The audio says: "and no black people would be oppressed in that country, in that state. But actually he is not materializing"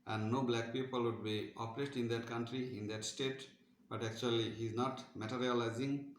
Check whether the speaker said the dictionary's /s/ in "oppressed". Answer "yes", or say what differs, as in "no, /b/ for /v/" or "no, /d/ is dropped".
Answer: no, /s/ is dropped